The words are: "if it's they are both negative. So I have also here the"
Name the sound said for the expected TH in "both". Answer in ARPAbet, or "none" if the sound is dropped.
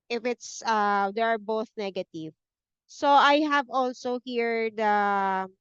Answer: TH